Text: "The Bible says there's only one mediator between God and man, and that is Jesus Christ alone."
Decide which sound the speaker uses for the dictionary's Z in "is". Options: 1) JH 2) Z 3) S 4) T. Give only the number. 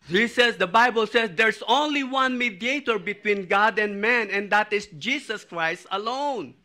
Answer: 3